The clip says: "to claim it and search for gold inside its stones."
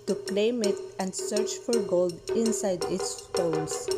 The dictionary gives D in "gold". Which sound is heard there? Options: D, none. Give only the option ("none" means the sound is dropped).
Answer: D